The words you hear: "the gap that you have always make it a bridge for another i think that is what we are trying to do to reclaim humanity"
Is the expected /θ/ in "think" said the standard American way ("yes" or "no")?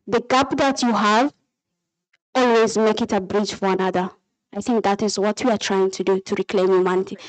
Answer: yes